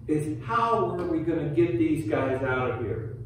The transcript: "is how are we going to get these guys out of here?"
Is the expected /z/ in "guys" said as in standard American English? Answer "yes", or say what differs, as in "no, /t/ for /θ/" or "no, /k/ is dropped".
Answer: yes